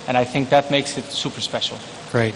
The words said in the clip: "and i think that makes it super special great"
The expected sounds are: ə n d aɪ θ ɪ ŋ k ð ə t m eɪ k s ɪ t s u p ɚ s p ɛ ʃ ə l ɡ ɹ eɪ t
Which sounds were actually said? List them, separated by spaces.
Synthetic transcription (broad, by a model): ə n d aɪ θ ɪ ŋ k ð ə t m eɪ k s ɪ t s u p ɚ s p ɛ ʃ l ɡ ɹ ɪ t